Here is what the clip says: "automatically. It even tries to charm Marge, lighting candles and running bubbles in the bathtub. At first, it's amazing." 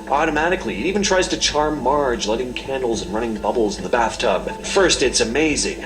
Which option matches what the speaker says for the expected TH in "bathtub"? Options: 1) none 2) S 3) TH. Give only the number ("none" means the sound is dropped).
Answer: 3